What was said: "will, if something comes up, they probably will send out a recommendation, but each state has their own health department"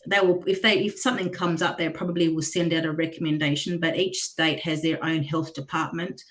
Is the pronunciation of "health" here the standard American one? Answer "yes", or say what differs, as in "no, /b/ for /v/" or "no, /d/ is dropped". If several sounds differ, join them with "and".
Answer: yes